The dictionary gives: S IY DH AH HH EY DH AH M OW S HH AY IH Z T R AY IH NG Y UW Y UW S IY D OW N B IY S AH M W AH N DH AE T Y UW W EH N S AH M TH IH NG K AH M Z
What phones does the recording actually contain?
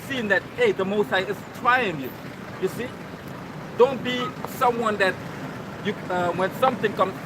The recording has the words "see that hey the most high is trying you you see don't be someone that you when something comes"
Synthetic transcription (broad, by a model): S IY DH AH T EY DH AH M OW S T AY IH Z T R AY IH NG Y UW Y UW S IY D OW N B IY S AH M W AH N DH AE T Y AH W EH N S AH M TH IH NG K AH M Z